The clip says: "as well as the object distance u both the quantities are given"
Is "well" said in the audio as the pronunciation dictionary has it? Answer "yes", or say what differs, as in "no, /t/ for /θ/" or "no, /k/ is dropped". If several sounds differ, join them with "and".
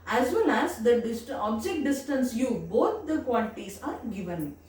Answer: no, /n/ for /l/